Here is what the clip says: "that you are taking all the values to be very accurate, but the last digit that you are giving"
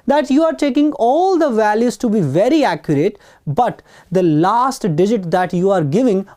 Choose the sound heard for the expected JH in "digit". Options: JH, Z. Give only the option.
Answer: JH